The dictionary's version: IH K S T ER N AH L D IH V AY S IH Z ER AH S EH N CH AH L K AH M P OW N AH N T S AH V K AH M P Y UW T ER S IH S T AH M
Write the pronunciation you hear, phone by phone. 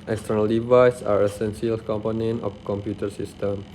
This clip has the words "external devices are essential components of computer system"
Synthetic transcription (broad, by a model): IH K S T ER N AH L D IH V AY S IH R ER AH S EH N S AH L K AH M P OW N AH N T AH F K AH M P Y UW T ER S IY S T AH M